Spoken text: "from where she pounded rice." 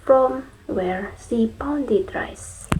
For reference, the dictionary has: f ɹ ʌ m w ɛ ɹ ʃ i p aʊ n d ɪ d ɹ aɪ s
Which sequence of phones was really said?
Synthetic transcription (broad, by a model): f ɹ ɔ m w ɛ ɹ s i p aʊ n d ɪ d ɹ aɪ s